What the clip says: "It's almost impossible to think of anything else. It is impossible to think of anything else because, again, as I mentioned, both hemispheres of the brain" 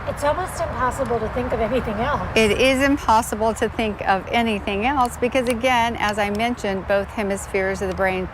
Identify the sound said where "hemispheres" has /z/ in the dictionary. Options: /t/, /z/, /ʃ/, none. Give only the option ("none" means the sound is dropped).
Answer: /z/